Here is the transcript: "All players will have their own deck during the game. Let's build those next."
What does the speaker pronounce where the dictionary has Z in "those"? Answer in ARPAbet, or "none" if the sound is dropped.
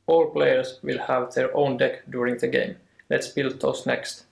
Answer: S